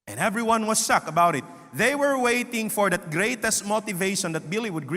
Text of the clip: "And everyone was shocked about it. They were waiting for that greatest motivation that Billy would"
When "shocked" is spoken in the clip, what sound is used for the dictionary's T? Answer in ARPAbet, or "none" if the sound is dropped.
none